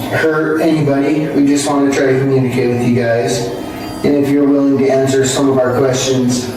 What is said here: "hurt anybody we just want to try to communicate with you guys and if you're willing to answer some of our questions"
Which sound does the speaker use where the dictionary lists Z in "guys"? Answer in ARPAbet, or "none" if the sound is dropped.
Z